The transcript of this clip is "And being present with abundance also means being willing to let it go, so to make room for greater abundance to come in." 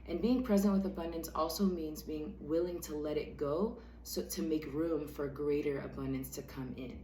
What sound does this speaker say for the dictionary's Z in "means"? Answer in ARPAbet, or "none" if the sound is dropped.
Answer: Z